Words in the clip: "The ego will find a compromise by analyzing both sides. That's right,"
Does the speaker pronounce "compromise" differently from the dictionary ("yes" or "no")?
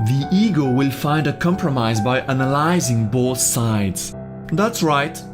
no